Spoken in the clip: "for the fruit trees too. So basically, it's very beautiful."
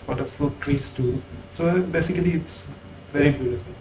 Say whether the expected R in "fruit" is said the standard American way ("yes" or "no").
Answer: no